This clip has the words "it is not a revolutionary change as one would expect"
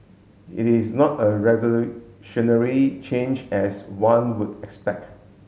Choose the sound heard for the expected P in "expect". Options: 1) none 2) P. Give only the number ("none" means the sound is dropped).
2